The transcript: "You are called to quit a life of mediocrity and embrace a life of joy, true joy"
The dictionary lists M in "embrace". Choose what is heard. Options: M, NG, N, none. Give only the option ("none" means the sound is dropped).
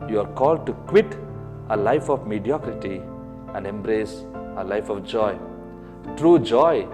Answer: M